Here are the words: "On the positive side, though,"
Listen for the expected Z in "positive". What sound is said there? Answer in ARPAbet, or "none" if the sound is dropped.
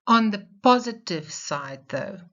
Z